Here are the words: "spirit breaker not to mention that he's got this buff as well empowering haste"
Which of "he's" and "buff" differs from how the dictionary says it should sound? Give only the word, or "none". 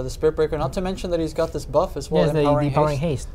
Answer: none